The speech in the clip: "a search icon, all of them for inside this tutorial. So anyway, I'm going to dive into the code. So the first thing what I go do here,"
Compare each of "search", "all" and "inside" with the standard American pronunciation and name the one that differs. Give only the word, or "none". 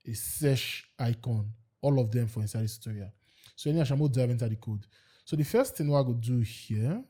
search